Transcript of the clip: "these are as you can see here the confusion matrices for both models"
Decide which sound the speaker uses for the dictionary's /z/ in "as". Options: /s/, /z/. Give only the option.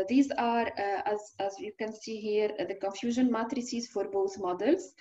/z/